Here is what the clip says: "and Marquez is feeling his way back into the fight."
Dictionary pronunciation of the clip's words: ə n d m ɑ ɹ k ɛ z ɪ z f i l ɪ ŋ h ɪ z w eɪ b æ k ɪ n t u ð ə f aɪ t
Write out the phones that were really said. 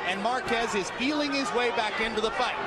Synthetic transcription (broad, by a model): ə n m ɑ ɹ k ɛ z ɪ z p i l ɪ ŋ ɪ z w eɪ b æ k ɪ n t u ð ə f aɪ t